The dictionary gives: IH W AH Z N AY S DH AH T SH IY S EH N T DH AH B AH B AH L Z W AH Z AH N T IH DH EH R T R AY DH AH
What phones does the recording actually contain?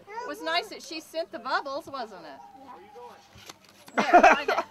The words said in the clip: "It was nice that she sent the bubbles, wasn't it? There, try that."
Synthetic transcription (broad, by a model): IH W AH Z N AY S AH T SH IY S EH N DH AH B AH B L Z W AH Z AH N T IH T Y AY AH